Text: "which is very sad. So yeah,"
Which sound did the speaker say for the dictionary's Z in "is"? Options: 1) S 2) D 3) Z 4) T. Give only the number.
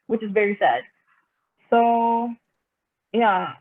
3